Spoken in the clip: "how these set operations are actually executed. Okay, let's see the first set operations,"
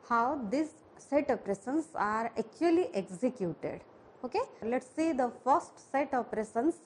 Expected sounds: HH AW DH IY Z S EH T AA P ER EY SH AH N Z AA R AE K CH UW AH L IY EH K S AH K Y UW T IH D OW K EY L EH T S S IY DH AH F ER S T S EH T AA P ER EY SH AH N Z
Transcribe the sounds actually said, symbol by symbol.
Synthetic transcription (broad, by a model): HH AW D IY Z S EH T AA P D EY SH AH N S AA R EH K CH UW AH L IY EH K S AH K Y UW T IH D OW K EY L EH T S S IY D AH F ER S T S EH T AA P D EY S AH N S